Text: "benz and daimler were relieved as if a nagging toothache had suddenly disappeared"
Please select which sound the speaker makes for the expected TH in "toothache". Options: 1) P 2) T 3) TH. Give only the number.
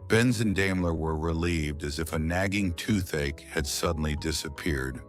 3